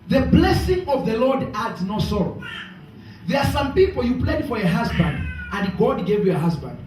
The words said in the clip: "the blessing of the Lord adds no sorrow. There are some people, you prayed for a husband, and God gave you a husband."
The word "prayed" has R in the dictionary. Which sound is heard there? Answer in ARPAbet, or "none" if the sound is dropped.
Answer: L